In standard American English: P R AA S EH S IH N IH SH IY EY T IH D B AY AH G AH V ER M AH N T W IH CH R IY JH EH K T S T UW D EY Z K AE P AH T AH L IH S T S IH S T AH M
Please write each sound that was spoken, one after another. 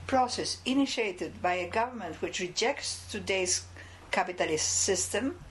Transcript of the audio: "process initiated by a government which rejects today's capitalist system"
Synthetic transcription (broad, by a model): P R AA S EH S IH N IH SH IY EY T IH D B AY AH G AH V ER M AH N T W IH CH R IY JH EH K T S T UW D EY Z K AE P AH T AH L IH S T S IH S T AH M